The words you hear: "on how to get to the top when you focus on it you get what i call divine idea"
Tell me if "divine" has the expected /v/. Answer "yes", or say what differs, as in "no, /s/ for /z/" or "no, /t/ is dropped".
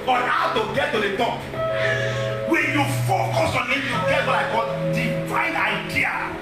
no, /f/ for /v/